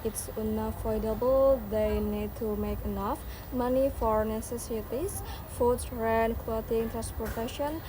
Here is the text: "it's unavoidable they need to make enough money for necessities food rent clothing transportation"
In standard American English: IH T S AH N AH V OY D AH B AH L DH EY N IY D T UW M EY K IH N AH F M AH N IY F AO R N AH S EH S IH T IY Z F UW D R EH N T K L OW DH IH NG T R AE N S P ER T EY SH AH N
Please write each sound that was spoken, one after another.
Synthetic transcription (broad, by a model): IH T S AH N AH F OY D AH B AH L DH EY N IY D T UW M EY K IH N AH F M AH N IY F AO R N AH S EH S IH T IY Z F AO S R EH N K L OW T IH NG T R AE N S P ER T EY SH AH N